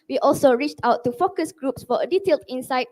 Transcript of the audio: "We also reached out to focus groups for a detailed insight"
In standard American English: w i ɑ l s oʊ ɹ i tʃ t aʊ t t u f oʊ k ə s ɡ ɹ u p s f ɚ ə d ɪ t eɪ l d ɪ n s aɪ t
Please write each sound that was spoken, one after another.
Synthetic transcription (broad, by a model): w i ɑ l s oʊ ɹ i tʃ t aʊ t t u f oʊ k ə s ɡ ɹ u p s f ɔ ə d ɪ t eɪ l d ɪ n s aɪ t